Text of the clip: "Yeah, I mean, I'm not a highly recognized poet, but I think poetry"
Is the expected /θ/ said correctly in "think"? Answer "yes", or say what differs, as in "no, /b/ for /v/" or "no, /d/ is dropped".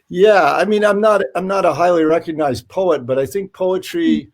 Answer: yes